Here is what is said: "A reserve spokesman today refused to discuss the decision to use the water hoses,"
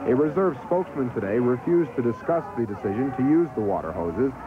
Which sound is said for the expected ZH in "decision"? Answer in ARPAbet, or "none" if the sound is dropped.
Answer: ZH